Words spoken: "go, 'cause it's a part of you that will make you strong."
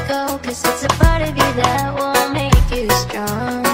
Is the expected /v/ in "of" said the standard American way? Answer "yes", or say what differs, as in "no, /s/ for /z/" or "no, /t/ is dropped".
yes